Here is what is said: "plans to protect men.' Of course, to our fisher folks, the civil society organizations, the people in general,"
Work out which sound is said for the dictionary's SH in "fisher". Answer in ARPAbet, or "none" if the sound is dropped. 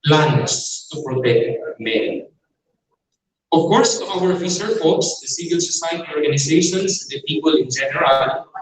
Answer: S